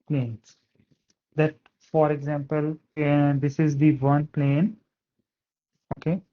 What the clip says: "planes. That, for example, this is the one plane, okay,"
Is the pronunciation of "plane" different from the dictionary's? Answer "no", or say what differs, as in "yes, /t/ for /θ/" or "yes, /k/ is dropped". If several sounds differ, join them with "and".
no